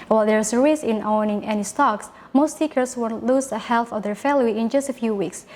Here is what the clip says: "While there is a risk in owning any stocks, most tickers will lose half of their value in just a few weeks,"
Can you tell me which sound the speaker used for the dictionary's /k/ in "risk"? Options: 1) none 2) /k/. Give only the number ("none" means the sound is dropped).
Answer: 1